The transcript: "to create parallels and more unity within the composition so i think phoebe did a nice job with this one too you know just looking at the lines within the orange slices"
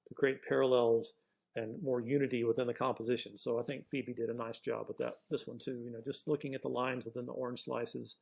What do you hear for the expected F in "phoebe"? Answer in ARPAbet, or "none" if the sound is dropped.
F